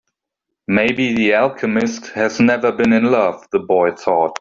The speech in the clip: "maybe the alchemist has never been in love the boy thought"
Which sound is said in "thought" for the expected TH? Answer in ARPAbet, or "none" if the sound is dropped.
TH